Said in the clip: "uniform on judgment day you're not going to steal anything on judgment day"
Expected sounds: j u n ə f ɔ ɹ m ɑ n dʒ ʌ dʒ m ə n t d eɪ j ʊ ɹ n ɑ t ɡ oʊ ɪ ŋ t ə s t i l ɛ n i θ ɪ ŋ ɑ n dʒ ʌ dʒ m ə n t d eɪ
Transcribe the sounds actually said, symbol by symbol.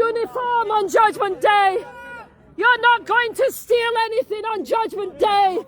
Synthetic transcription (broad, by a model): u n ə f ɔ ɹ m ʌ n dʒ ʌ dʒ m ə n d eɪ j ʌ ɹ n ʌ t ɡ oʊ ɪ ŋ t ə s t i l ɛ n i θ ɪ ŋ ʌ n dʒ ʌ dʒ m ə n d eɪ